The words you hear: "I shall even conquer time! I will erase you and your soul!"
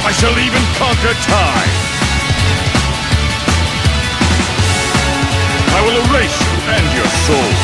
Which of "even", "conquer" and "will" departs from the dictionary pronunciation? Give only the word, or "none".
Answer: none